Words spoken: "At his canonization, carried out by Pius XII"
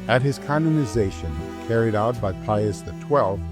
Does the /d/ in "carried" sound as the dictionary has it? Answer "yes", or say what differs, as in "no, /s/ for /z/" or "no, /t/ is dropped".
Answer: yes